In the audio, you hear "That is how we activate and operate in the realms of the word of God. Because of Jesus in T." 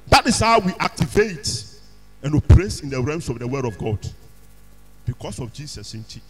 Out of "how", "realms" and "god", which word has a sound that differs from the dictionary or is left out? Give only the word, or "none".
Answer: realms